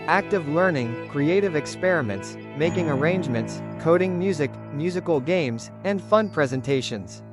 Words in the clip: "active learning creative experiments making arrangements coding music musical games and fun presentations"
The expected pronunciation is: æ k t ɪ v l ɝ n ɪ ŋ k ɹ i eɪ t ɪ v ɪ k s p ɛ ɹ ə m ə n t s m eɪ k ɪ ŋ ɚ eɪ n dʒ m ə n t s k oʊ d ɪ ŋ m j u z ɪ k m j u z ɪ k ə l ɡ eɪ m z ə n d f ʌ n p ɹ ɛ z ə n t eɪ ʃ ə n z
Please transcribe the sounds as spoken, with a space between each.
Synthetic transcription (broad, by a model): æ k t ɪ v l ɝ n ɪ ŋ k ɹ i eɪ t ɪ v ɪ k s p ɛ ɹ ə m ə n t s m eɪ k ɪ ŋ ɚ eɪ n dʒ m ə n t s k oʊ d ɪ ŋ m j u z ɪ k m j u z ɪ k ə l ɡ eɪ m z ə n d f ʌ n p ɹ ɛ z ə n t eɪ ʃ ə n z